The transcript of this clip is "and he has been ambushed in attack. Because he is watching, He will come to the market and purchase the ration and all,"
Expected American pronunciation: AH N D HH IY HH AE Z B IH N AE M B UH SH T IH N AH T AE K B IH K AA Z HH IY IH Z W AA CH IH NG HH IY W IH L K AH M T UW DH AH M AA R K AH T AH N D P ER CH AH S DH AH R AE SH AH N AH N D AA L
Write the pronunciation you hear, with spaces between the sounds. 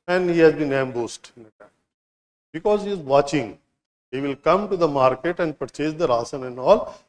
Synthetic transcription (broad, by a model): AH N D HH IY HH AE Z B IH N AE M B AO S T IH N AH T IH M B IH K AA Z HH IY IH Z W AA CH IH NG HH IY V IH L K AH M T UW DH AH M AA R K AH T AH N D P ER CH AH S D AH R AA S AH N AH N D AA L